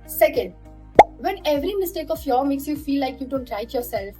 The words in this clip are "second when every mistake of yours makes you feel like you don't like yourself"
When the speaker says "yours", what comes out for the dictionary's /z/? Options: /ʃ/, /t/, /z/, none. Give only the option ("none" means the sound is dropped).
none